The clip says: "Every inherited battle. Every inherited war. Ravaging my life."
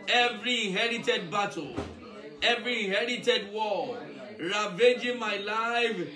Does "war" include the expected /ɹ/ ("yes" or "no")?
no